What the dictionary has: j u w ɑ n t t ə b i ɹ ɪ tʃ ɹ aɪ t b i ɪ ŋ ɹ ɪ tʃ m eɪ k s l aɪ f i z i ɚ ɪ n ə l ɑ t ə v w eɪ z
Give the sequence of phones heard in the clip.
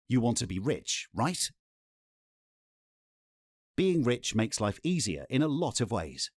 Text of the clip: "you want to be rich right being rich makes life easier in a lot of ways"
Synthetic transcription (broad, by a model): j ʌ w ɑ n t t ə b i ɹ ɪ tʃ ɹ aɪ t b i ɪ ŋ ɹ ɪ tʃ m eɪ k s l aɪ f i z i ɚ ɪ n ə l ɑ t ə v w eɪ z